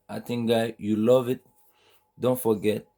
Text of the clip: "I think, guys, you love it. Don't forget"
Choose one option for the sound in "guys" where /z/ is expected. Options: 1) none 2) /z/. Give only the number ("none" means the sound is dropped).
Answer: 1